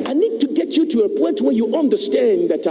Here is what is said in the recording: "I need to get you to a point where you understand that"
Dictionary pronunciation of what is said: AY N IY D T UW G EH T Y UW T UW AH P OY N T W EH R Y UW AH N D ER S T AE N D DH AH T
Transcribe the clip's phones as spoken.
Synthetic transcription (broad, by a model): AY N IY D T UW G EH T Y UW T UW AH P OY N T W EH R Y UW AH N D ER S T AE N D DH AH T